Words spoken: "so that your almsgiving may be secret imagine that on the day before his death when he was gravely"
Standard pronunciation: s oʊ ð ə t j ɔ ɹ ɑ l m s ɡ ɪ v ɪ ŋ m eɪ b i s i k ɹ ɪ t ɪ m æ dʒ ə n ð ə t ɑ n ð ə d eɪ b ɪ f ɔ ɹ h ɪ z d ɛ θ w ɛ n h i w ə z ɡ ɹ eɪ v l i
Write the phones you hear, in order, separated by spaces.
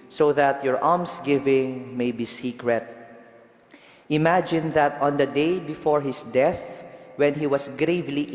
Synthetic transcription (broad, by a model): s oʊ ð ə t j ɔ ɹ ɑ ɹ m s ɡ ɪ v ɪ ŋ m eɪ b i s i k ɹ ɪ t ɪ m æ dʒ ə n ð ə t ɑ n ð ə d eɪ b ɪ f ɔ ɹ h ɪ s d ɛ θ w ɛ n h i w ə s ɡ ɹ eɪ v l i